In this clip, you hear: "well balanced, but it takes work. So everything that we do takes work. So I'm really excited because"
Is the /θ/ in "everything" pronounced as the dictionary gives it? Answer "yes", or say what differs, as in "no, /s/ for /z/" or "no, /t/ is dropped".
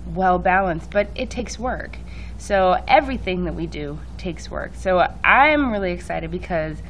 yes